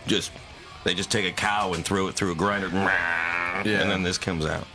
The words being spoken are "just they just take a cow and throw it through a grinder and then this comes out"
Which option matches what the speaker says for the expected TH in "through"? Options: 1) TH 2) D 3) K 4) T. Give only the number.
1